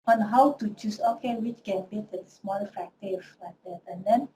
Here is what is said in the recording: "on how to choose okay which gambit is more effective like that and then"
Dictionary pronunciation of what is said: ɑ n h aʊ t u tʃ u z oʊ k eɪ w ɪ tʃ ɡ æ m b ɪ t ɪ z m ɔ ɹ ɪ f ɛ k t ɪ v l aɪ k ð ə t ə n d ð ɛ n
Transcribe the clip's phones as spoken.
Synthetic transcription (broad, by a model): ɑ n h aʊ t u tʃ u s oʊ k eɪ w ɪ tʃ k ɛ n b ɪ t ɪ s m ɔ l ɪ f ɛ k t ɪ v l aɪ k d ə t ə n d ɛ n